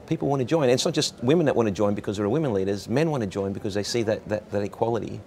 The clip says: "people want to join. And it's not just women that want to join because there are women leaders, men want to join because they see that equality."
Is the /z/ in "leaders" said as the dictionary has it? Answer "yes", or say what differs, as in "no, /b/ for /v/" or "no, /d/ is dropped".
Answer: yes